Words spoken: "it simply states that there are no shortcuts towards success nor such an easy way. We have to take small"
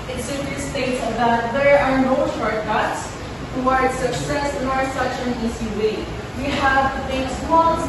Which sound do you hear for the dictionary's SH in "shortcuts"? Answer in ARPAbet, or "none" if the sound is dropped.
S